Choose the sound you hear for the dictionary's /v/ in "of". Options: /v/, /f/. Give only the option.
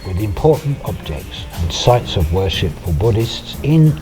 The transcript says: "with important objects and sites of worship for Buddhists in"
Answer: /v/